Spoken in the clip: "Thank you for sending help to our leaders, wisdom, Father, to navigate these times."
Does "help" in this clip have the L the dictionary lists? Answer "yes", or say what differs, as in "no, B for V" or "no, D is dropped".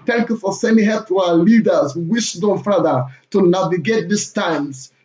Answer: no, L is dropped